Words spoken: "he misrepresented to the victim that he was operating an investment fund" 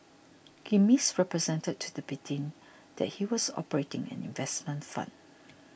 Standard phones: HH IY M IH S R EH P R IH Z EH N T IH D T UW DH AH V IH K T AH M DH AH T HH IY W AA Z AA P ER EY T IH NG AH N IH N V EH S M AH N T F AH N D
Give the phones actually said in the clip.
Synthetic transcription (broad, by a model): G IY M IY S R EH P R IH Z EH N T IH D T UW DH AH B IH T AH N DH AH T HH IY W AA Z AA P ER EY T IH NG AH N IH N V EH S M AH N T F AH N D